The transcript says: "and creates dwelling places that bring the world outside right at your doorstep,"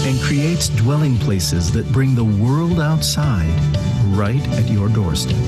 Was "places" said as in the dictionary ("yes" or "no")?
yes